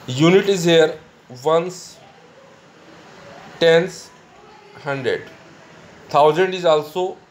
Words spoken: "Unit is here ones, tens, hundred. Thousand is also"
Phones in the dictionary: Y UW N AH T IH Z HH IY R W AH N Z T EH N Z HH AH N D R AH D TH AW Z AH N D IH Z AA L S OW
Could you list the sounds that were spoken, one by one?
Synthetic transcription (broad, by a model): Y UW N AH T IH Z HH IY R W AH N S T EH N S HH AH N D R AH D T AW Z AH N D IH Z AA L S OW